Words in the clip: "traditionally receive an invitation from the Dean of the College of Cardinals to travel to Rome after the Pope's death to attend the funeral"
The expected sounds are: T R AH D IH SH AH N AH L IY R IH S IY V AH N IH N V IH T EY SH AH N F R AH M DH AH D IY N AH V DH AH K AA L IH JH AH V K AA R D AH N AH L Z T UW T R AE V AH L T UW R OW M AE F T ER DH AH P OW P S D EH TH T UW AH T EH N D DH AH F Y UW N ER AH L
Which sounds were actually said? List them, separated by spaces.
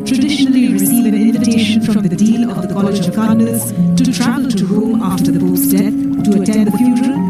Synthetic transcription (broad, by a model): T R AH D IH SH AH N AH L IY R IH S IY V AH N IH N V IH T EY SH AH N F R AH M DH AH D IY L AH V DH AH K AA L IH JH AH V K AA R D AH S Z T UW T R AE V AH L T UW R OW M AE F T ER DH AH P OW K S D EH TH T UW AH T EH N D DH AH F Y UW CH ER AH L